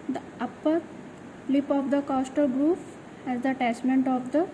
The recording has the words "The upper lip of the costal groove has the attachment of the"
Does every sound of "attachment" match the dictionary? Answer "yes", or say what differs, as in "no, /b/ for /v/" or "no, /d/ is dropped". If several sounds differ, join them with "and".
no, /s/ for /tʃ/